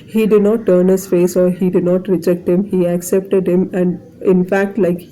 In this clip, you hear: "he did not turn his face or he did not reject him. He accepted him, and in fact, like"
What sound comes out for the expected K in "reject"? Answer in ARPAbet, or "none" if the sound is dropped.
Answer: K